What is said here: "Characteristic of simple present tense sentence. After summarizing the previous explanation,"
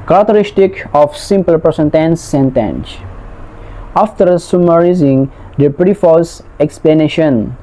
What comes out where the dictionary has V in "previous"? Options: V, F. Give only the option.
F